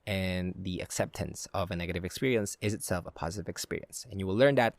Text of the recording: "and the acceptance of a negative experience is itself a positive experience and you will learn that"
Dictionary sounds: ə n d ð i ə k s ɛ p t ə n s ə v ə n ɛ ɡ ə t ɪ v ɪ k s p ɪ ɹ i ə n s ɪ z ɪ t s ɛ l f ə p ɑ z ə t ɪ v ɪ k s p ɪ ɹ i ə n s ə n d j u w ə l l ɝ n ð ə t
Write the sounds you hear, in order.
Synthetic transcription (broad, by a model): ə n ð i ə k s ɛ p t ə n s ə v ə n ɛ ɡ ə t ɪ v ɪ k s p ɪ ɹ i ə n s ɪ z ɪ t s ɛ l f ə p ɑ z ə t ɪ v ɪ k s p ɪ ɹ i ə n s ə n j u w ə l l ɝ n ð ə t